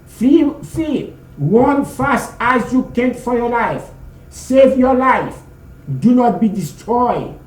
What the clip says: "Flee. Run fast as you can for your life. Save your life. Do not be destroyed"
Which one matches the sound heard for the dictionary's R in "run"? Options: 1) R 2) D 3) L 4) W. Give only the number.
4